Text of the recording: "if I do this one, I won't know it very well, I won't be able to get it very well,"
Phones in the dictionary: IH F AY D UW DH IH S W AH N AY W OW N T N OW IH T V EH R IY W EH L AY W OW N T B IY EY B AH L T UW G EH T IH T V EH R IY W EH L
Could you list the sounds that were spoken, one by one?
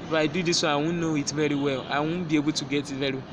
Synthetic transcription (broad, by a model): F AY D UW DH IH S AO AY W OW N N OW IH T V EH R IY W EH L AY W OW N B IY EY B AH T UW G EH T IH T V EH R IY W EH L